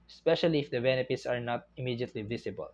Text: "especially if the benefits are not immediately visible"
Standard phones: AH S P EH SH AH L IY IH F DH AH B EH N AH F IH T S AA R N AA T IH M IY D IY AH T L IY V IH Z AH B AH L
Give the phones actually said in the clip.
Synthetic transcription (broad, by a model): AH S P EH SH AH L IY IH F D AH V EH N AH P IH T S AA R N AA T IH M IY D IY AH T L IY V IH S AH B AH L